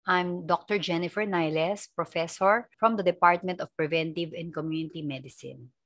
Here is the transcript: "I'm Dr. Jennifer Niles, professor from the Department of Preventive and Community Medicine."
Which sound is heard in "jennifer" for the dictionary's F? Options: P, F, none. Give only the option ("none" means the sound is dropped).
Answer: F